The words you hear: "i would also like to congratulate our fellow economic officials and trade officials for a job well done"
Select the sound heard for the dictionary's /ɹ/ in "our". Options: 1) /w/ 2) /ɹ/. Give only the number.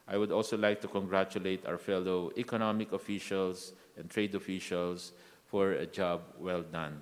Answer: 1